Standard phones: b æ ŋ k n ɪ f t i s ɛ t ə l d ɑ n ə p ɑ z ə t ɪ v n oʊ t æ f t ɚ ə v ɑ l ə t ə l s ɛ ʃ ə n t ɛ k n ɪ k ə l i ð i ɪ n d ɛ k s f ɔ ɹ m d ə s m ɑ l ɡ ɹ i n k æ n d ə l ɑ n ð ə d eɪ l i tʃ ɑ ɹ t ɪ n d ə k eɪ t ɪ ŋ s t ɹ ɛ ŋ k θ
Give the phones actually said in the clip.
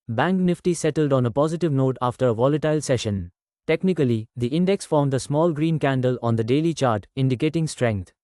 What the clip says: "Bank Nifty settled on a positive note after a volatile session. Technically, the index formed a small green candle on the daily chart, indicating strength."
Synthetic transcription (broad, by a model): b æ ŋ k n ɪ f t i s ɛ t ə l d ɑ n ə p ɑ z ə t ɪ v n oʊ t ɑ f t ɚ ə v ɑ l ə t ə l s ɛ ʃ ə n t ɛ k n ɪ k ə l i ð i ɪ n d ɛ k s f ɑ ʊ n d ə s m ɑ l ɡ ɹ i n k æ n d ə l ɑ n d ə d eɪ l i tʃ ɑ ɹ t ɪ n d ə k eɪ t ɪ ŋ s t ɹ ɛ ŋ k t